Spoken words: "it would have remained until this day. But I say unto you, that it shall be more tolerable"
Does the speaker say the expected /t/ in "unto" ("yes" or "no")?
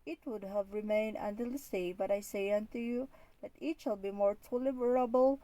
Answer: yes